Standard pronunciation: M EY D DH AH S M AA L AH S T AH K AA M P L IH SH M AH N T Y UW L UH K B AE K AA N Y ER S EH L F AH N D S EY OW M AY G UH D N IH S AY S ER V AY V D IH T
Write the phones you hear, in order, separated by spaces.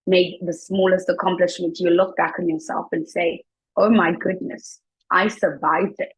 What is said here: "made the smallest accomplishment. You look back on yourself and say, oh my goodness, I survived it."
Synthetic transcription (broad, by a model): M EY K DH AH S M AA L AH S T AH K AA M P L IH SH M AH N T Y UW L UH K B AE K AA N Y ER S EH L F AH N S EY OW M AY G UH D N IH S AY S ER V AY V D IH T